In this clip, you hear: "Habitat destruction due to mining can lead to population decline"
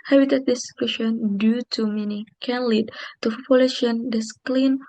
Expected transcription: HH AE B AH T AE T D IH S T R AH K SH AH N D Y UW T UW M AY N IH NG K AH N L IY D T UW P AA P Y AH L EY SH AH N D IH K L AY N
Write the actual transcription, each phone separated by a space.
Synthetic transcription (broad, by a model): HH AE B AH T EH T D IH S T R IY SH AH N D Y UW T UW M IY N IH K AH N L IY D T UW F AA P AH L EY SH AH N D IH K L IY N